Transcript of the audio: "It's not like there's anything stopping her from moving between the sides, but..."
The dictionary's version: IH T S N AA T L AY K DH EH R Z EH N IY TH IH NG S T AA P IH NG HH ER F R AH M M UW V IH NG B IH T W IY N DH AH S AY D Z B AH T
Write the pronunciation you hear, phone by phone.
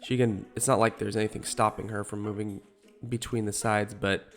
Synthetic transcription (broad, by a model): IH T S N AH T L AY K DH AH R Z EH N IY TH IH NG S T AA P IH NG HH ER F R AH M M UW V IH NG B IH T W IY N DH AH S AY D Z B AH T